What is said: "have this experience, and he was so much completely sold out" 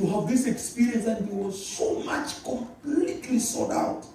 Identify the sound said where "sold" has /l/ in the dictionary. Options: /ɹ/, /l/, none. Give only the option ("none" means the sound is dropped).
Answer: none